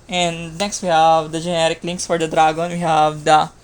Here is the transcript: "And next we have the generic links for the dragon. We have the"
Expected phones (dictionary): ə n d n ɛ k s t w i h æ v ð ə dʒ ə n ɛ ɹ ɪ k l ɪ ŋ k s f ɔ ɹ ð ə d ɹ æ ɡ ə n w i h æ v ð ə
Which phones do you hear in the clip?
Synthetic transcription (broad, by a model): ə n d n ɛ k s t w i h æ v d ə dʒ ə n ɛ ɹ ɪ k l ɪ ŋ k s f ɔ ɹ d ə d ɹ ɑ ɡ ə n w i h æ v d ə